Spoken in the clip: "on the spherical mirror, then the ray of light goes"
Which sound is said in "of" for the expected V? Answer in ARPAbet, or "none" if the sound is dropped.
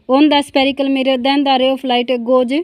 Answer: P